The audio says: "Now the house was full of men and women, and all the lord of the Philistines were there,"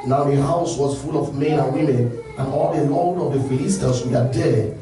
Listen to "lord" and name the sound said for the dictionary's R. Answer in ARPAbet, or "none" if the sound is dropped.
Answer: L